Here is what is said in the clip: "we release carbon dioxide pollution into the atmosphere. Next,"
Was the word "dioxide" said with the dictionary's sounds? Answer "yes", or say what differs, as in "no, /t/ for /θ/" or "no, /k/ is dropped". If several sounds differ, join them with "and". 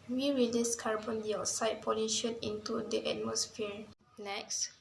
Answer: no, /k/ is dropped